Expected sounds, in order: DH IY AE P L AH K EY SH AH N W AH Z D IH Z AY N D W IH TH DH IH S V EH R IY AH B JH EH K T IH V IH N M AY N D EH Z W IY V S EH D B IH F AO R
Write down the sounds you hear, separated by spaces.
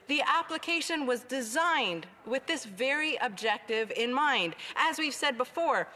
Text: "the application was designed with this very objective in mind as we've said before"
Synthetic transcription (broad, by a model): DH IY AE P L AH K EY SH AH N W AH Z D IH Z AY N D W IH DH IH S V EH R IY AH B JH EH K T IH V IH N M AY N D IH Z W IY V S EH D B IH F AO R